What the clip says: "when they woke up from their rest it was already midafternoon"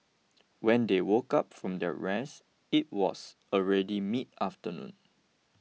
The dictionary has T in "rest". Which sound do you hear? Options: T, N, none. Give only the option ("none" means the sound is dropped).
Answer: none